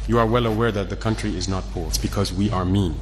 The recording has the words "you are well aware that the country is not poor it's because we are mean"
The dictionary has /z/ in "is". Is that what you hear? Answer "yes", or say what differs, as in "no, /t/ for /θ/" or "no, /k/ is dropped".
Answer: yes